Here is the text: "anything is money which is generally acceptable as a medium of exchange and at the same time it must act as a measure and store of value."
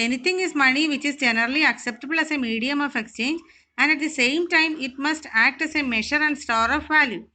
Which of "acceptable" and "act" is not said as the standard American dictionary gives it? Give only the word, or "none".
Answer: none